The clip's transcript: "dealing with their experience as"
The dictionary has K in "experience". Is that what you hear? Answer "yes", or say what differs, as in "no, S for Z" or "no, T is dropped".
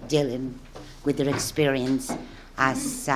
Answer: yes